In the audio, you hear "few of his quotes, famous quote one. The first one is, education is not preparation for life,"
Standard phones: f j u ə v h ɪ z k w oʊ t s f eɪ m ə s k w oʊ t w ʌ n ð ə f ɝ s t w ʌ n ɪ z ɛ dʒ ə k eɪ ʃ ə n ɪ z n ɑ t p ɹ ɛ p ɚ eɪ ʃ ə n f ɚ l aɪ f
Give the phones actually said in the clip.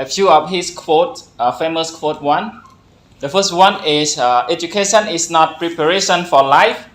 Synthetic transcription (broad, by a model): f j u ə f h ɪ s k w oʊ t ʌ f eɪ m ə s k w oʊ t w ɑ n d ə f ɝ s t w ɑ n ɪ s ɛ dʒ ə k eɪ ʃ ə n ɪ s n ɑ t p ɹ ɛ p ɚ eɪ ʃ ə n f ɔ l aɪ f